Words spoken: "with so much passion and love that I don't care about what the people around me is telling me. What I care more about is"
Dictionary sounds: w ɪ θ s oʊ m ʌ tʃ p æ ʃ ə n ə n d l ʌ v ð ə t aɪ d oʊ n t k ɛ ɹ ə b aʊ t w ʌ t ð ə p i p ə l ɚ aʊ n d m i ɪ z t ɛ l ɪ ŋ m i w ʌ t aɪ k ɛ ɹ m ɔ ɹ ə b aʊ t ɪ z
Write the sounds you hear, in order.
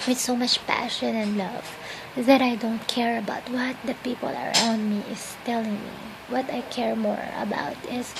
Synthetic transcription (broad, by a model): w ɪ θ s oʊ m ʌ tʃ p æ ʃ ə n ə n d l ʌ v ð ə t aɪ d oʊ n t k ɛ ɹ ə b aʊ t w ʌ t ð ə p i p ə l ɚ aʊ n d m i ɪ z t ɛ l ɪ ŋ m i w ʌ t aɪ k ɛ ɹ m ɔ ɹ ə b aʊ t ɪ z